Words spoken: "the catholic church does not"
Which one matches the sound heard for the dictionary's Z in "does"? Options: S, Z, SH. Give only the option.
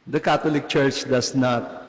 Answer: S